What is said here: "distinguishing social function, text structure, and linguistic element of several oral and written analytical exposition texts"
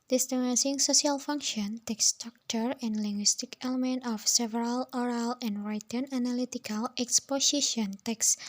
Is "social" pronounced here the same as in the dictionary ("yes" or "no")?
no